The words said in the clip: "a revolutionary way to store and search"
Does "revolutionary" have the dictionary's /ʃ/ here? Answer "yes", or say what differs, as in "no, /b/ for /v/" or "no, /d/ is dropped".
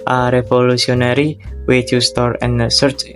no, /s/ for /ʃ/